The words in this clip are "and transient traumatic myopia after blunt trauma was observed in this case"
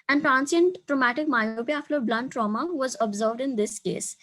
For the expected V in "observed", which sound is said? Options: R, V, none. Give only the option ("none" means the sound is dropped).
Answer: V